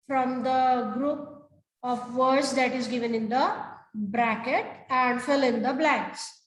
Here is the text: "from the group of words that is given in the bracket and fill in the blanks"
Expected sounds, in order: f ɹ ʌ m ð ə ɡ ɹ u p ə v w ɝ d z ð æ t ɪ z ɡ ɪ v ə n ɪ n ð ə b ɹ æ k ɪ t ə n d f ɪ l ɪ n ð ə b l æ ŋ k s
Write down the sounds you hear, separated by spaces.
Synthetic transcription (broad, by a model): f ɹ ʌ m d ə ɡ ɹ u p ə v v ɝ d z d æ t ɪ z ɡ ɪ v ə n ɪ n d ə b ɹ æ k ɪ t ə n d f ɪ l ɪ n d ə b l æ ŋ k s